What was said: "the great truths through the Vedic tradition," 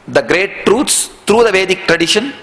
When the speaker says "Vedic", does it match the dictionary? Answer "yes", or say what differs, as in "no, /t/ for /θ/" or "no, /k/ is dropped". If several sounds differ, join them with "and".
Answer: yes